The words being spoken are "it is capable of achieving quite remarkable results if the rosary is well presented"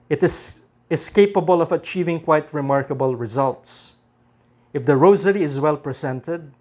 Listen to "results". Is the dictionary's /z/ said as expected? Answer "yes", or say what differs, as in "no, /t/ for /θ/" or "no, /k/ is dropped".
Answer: yes